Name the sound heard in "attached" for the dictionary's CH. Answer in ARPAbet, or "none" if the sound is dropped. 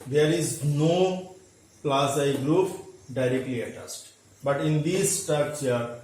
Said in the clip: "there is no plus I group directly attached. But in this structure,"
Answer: S